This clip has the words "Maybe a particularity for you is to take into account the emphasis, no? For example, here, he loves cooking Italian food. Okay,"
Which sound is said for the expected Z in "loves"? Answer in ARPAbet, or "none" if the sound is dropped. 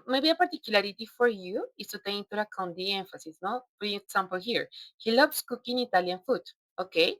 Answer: S